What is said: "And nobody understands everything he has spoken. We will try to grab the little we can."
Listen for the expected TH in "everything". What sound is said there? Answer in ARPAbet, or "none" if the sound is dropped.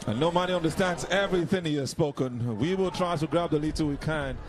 TH